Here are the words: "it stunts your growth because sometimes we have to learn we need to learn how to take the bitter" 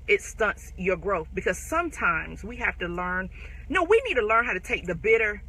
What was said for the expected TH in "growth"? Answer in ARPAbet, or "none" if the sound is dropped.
TH